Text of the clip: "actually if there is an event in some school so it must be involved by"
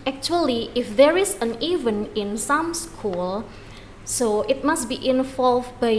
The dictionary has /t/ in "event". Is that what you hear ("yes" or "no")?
no